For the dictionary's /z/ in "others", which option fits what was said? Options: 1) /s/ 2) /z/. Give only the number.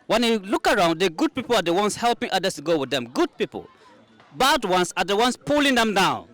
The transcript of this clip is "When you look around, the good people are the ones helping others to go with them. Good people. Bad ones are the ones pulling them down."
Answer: 1